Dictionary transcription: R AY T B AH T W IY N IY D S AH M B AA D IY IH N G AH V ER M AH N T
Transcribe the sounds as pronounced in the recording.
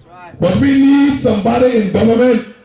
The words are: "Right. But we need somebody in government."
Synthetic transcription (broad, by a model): B AH T W IY N IY D S AH M B AA D IY IH N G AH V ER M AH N